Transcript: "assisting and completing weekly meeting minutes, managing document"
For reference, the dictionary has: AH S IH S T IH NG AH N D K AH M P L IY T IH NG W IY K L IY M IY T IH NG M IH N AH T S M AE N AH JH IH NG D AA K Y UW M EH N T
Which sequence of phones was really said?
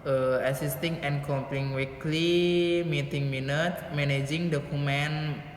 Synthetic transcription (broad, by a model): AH S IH S T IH NG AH N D K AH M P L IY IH NG W IY K L IY M IY T IH NG M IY N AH T M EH N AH JH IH NG D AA K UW M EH N